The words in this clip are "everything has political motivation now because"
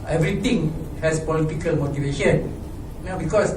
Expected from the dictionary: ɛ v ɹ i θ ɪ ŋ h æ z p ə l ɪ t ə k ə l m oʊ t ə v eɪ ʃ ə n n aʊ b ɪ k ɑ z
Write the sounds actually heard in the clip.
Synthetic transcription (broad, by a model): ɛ v ɹ i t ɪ ŋ h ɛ s p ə l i t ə k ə l m oʊ t ə v eɪ ʃ ə n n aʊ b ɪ k ɑ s